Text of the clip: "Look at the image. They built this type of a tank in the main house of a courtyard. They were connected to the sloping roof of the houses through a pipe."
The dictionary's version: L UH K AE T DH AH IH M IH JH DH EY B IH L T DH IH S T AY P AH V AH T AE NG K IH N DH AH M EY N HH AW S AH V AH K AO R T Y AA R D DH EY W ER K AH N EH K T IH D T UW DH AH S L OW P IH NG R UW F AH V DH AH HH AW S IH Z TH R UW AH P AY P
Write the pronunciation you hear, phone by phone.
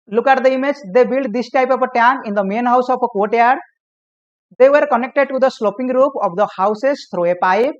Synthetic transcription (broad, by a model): L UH K AE T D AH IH M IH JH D EY B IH L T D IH S T AY P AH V AH T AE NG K IH N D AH M EY N HH AW S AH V AH K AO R T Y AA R D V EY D K AH N EH K T IH D T UW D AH S L OW P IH NG R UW P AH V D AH HH AW S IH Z T R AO AH P AY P